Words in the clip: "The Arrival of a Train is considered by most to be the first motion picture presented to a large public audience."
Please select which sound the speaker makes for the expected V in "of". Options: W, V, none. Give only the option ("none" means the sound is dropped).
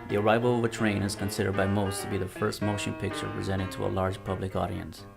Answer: V